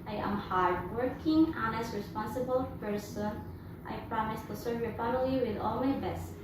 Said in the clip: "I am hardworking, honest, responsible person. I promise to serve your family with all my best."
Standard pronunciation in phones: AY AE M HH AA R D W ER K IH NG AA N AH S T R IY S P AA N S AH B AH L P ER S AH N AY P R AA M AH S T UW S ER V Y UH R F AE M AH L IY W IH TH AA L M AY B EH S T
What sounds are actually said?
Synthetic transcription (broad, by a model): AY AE M HH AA R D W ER K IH NG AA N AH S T R IY S P AA N S AH B AH L F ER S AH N AY P R AA M AH S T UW S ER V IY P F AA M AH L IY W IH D AA L M AY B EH S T